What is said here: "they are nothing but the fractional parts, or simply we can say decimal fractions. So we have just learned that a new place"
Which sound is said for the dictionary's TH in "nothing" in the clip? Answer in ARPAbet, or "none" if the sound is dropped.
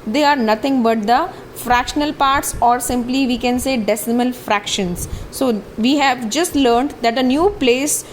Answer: T